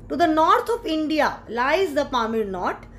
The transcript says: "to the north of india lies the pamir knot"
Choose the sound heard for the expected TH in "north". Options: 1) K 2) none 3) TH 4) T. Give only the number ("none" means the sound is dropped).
4